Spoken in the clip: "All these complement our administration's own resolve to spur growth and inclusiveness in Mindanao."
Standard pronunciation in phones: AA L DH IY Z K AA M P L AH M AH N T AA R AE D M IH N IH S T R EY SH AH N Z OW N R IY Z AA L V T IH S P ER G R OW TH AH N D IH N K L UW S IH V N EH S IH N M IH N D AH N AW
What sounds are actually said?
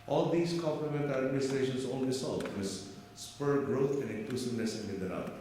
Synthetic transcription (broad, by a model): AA L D IY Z K AA M P L AH M AH N T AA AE D M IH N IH S T R EY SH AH N S OW N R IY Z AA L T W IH S P ER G R OW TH AH N D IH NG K L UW S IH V N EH S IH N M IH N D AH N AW